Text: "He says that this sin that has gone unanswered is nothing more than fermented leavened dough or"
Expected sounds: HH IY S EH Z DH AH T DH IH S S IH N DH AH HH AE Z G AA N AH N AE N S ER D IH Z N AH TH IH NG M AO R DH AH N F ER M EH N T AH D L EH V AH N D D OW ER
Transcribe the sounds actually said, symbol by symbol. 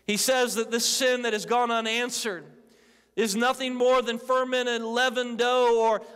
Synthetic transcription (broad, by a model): HH IY S EH Z DH AH T DH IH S S IH N DH AH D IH Z G AA N AH N AE N S ER D IH Z N AH TH IH NG M AO R DH AH N F ER M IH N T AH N L EH V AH N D D OW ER